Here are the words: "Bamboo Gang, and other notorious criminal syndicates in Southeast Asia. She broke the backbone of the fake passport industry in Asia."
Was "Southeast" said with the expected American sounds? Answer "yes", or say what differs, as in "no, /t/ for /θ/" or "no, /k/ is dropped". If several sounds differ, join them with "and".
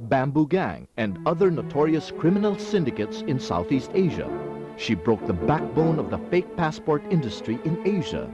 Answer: yes